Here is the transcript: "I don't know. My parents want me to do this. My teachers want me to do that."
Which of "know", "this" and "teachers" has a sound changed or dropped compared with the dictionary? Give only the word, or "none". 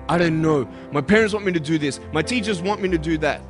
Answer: none